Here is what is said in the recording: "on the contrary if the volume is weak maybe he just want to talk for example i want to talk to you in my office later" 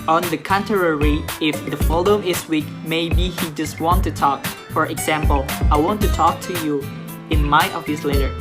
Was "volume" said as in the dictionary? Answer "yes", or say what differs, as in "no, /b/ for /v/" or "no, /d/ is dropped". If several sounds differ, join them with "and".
no, /f/ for /v/